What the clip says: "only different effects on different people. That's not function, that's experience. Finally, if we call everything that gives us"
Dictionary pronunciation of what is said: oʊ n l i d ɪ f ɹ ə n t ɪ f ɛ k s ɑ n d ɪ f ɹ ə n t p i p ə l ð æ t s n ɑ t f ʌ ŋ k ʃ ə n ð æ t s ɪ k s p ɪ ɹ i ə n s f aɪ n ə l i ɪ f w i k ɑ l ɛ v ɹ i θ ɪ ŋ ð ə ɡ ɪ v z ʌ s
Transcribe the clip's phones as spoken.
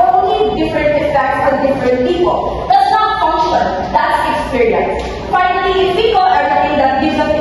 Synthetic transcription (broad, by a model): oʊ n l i d ɪ f ɹ ə n t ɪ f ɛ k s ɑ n d ɪ f ɹ ə n t p i p ə l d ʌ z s n ɑ t f ʌ ŋ k ʃ ə n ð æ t s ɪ k s p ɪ ɹ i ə n s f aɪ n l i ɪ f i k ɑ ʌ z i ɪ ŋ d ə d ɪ z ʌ